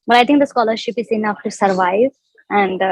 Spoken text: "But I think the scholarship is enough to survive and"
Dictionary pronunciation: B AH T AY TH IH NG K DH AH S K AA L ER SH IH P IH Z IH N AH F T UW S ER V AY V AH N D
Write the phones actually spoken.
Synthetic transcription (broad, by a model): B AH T AY T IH NG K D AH S K AA L ER SH IH P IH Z IH N AH F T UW S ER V AY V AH N D